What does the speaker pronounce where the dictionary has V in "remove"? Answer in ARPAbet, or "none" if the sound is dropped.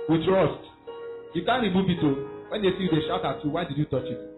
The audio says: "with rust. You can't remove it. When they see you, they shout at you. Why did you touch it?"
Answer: B